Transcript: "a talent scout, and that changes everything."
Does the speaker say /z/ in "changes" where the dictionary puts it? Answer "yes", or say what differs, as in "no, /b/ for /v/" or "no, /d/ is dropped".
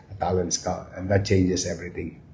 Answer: no, /s/ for /z/